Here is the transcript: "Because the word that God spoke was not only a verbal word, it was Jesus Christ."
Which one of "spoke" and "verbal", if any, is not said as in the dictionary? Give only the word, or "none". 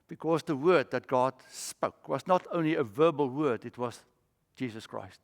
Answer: none